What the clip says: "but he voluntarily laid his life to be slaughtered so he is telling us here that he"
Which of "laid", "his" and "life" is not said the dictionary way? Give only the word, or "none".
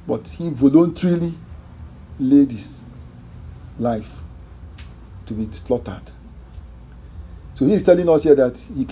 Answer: his